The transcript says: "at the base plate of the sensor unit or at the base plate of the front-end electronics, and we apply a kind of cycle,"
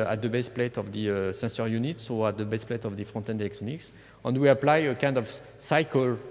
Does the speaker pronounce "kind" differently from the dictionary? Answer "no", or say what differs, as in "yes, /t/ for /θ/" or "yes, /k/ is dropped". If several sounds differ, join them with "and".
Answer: no